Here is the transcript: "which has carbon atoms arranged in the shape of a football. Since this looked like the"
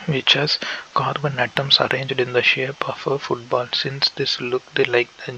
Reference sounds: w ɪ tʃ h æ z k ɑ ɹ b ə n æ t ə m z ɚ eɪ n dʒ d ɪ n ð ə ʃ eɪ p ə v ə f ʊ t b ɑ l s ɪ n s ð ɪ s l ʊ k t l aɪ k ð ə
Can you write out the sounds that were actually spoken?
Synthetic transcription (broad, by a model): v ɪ tʃ h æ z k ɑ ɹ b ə n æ t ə m s ɚ eɪ n dʒ d ɪ n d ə ʃ eɪ p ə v ə f ʊ t b ɑ l s ɪ n s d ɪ s l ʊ k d l aɪ k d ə